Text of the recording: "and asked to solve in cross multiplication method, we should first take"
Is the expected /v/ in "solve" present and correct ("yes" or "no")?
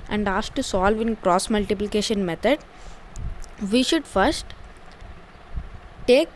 yes